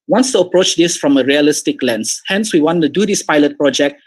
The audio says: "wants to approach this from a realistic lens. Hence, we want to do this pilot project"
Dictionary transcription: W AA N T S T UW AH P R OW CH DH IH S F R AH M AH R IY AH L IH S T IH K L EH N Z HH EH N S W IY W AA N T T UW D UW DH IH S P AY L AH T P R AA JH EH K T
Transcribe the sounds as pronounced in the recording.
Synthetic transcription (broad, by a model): W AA N S T UW AH P R OW CH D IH S F R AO M AH R IY AH L IH S T IH K L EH N S HH EH N S W IY W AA N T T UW D UW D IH S P AY L AH T P R AA JH EH K T